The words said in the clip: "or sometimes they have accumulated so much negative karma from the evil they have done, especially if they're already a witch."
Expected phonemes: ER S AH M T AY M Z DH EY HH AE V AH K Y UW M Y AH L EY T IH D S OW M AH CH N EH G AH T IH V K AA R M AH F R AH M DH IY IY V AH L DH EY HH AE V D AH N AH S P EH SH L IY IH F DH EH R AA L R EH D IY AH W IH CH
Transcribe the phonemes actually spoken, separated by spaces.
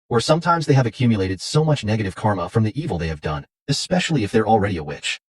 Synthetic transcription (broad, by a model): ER S AH M T AY M Z DH EY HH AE V AH K Y UW M Y AH L EY T IH D S OW M AH CH N EH G AH T IH V K AA R M AH F R AH M DH IY IY V L DH EY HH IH V D AH N AH S P EH SH L IY IH F DH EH R L R EH D IY AH W IH CH